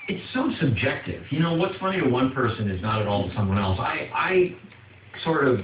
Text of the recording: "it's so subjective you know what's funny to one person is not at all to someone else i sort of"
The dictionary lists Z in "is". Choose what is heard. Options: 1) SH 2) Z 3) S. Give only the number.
2